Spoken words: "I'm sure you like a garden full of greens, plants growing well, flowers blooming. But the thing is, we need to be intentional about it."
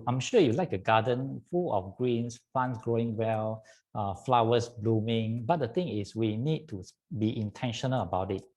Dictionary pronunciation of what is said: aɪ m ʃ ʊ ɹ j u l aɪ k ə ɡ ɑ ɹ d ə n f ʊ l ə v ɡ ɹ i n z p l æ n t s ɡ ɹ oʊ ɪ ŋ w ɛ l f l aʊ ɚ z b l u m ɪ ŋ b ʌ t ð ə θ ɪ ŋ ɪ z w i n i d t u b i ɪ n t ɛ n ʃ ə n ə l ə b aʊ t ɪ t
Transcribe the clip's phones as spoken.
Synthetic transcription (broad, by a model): aɪ m ʃ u j u l aɪ k ə ɡ ɑ d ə n f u l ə f ɡ ɹ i n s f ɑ n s ɡ ɹ oʊ ɪ ŋ w ɛ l f l aʊ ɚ s b l u m ɪ ŋ b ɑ t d ə t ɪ ŋ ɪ s w i n i d t u b i ɪ n t ɛ n ʃ ə n ə l ə b aʊ t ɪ t